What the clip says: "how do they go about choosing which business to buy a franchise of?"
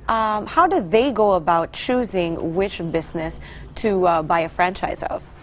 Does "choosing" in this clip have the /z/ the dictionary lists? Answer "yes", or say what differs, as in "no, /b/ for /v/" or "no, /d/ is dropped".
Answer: yes